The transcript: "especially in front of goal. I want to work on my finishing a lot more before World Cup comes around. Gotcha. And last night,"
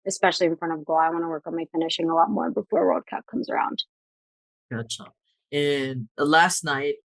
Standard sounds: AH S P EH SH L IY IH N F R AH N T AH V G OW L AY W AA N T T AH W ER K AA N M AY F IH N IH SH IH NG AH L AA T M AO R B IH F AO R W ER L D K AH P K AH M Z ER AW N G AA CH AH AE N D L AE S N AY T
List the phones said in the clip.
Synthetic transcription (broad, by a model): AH S P EH SH L IY IH N F R AH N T AH V G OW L AY W AA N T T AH W ER K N M AY F IH N IH SH IH NG AH L AA T M AO R B IH F AO R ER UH D K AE P K AH M Z ER AW N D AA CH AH N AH L AE S N AY T